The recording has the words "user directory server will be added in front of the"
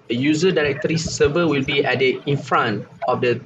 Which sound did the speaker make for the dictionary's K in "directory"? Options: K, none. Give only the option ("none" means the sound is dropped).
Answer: K